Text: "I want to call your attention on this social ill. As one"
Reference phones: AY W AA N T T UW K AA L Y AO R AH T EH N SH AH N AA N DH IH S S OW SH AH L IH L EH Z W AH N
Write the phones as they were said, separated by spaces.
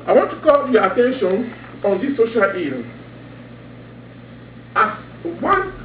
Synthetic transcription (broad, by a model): AY W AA N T T UW K AA L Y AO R AH T EH N SH AH N AA N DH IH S S OW SH AH L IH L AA S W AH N